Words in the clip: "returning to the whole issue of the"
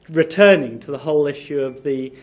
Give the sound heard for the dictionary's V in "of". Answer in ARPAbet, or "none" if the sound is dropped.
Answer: V